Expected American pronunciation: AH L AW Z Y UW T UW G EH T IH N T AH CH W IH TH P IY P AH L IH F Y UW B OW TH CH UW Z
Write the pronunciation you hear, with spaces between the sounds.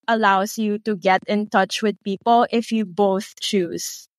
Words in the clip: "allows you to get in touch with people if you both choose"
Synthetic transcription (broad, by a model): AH L AW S Y UW T UW G EH T IH N T AH CH W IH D P IY P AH L IH F Y UW B OW TH CH UW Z